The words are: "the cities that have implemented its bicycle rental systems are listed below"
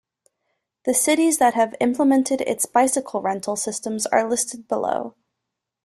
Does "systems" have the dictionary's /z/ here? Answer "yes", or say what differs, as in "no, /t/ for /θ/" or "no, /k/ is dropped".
yes